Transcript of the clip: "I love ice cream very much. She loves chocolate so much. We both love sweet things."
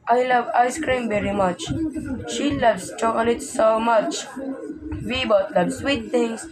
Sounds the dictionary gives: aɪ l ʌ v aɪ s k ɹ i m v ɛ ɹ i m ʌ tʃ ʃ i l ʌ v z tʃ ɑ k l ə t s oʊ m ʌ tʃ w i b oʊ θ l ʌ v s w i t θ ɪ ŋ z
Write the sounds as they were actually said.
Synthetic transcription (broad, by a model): aɪ l ʌ v aɪ s k ɹ i m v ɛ ɹ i m ʌ tʃ ʃ i l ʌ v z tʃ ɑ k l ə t s oʊ m ʌ tʃ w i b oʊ t l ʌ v s w i t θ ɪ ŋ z